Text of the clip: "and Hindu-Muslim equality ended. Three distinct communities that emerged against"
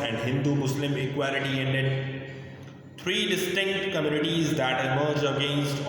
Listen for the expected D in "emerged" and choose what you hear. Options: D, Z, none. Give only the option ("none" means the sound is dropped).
none